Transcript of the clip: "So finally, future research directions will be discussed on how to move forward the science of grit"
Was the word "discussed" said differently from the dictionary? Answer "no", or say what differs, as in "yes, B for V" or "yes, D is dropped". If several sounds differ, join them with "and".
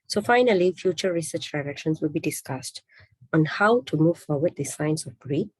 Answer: no